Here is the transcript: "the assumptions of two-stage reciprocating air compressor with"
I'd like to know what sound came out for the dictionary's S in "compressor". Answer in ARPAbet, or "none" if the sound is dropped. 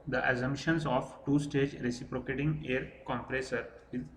S